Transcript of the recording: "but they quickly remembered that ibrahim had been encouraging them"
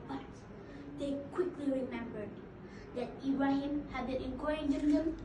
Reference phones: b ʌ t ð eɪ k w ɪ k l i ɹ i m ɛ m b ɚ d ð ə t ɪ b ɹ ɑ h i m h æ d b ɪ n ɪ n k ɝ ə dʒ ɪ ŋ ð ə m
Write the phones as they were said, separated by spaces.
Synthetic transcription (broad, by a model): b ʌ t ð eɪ k w ɪ k l i ɹ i m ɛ m b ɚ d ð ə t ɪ ɹ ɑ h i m h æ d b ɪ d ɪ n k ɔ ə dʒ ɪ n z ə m